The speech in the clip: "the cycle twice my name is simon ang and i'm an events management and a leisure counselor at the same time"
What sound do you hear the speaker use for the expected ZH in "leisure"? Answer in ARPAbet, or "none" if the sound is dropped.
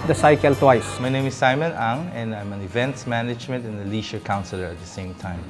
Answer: SH